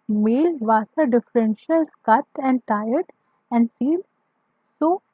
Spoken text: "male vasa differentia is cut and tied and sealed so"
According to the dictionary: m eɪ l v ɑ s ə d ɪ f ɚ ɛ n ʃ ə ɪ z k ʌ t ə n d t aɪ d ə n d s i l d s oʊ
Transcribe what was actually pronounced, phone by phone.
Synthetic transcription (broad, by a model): m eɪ l v ɑ s ə d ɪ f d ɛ n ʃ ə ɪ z k ʌ t ə n d t aɪ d ə n d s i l s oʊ